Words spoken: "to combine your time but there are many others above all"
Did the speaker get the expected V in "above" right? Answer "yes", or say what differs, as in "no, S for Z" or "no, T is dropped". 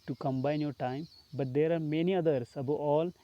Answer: no, V is dropped